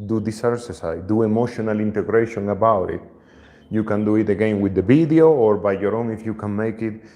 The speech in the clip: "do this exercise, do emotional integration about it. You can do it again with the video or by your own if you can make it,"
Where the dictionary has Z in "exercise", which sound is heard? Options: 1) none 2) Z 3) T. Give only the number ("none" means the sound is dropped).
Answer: 1